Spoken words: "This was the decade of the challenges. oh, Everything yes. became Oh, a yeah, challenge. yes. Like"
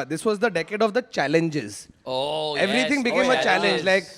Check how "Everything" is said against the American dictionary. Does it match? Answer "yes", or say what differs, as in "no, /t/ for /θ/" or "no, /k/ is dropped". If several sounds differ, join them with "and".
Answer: no, /t/ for /θ/